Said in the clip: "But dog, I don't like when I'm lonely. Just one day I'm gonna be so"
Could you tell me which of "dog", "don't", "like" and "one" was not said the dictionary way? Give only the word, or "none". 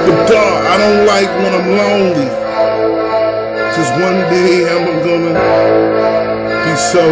dog